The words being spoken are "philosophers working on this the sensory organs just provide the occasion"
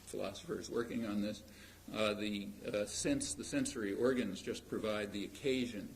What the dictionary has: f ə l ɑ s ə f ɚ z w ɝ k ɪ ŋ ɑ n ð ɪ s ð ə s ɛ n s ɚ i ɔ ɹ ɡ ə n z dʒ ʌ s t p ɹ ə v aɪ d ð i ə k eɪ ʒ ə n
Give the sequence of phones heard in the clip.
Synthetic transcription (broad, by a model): f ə l ɑ s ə f ɚ z w ɝ k ɪ ŋ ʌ n ð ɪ s ð ə s ɛ n s ɚ i ɔ ɹ ɡ ə n z dʒ ʌ s p ɹ ə v aɪ d ð i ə k eɪ ʒ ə n